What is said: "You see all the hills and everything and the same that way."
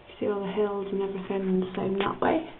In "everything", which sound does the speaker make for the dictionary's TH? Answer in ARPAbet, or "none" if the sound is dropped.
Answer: F